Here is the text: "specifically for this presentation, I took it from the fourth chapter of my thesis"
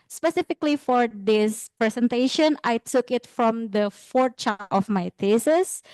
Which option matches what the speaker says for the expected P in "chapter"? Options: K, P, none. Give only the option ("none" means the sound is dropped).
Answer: none